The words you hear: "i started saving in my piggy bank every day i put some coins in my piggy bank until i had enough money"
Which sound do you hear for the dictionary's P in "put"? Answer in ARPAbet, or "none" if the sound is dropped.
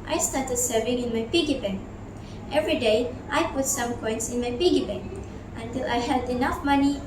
P